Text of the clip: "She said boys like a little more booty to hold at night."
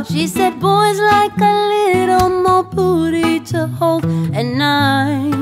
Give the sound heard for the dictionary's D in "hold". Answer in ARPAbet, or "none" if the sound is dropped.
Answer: none